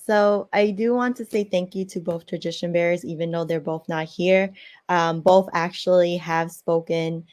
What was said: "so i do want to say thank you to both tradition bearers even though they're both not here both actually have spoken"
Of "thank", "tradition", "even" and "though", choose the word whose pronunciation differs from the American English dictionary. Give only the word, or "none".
none